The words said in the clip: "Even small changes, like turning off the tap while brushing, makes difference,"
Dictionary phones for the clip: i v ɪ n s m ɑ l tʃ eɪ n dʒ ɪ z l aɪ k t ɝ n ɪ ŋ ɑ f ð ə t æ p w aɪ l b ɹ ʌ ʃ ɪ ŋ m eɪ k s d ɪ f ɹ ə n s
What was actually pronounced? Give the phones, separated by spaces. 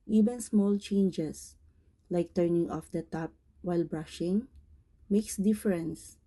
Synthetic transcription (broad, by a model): i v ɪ n s m ɑ l tʃ eɪ n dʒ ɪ s l aɪ k t ɝ n ɪ ŋ ɑ f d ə t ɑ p w aɪ l b ɹ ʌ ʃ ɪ ŋ m eɪ k s d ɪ f ɹ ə n s